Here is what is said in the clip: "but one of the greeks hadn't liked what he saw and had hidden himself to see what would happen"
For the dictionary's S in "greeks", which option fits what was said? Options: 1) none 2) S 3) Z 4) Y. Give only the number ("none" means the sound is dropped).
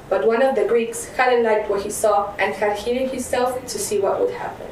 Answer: 2